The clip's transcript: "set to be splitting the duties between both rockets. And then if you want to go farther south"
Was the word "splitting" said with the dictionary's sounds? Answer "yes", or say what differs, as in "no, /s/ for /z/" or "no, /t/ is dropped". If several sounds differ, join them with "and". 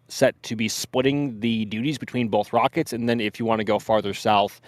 no, /l/ is dropped